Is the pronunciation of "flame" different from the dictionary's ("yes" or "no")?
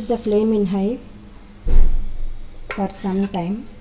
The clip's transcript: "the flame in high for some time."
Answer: no